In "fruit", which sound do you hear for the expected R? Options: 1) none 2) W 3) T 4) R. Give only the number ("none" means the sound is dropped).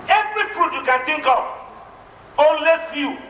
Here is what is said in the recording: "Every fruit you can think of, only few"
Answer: 4